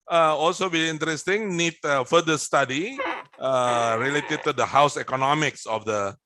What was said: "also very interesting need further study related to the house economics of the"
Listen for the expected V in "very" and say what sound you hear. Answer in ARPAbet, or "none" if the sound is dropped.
B